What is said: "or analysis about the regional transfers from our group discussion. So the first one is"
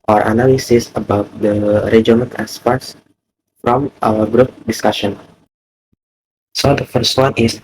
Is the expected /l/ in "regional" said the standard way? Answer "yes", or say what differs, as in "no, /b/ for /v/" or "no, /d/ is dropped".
no, /n/ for /l/